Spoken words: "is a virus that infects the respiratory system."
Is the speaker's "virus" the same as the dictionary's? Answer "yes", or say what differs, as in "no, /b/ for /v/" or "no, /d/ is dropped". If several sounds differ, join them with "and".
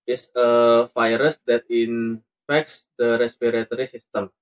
no, /f/ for /v/